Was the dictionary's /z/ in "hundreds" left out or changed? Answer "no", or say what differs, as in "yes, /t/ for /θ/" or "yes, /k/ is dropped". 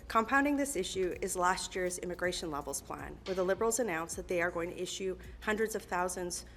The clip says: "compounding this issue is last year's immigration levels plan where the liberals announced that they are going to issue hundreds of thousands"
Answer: no